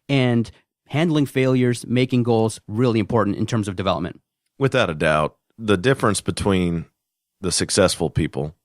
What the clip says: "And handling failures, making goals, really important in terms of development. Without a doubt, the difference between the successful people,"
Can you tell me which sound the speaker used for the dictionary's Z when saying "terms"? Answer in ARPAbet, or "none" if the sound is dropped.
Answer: Z